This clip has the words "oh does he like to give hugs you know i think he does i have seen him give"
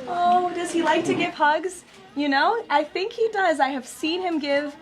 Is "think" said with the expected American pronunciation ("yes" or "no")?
yes